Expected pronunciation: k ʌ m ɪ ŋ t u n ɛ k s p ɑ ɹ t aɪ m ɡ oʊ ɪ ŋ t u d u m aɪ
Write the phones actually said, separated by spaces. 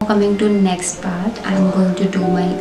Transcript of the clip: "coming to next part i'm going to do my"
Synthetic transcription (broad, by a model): k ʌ m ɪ ŋ t u n ɛ k s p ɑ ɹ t aɪ m ɡ oʊ ɪ ŋ t u d u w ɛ